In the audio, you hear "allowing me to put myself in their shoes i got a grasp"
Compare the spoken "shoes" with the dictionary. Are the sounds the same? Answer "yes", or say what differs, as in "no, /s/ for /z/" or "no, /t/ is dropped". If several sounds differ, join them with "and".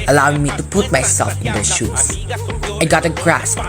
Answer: no, /s/ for /z/